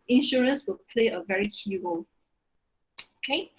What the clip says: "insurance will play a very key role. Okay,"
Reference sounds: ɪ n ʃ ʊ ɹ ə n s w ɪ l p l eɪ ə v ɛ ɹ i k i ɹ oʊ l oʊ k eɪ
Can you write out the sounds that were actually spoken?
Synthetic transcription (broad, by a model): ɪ n ʃ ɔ ɹ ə n s w ɪ l p l eɪ ə v ɛ ɹ i k i w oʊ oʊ k eɪ